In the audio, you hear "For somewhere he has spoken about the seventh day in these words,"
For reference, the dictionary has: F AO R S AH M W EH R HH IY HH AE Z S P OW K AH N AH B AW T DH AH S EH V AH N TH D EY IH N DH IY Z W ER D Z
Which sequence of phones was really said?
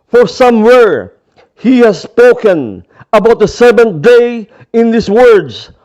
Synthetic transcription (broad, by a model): F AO R S AH M W EH R HH IY HH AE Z S P OW K AH N AH B AW T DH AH S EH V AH N D EY IH N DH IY S W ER D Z